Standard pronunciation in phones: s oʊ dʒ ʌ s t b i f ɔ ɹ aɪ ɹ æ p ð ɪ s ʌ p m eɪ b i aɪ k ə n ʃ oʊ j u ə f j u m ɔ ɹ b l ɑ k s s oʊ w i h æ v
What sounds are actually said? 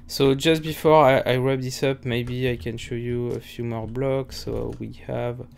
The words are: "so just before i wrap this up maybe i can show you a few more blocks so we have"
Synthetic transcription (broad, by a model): s oʊ dʒ ʌ s t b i f ɔ ɹ aɪ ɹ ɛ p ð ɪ s ʌ p m eɪ b i aɪ k ə n ʃ oʊ j u ə f j u m ɔ ɹ b l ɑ k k s oʊ w i h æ v